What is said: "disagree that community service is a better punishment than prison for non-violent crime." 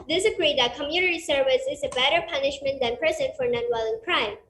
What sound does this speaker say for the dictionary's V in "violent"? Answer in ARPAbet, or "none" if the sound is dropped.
W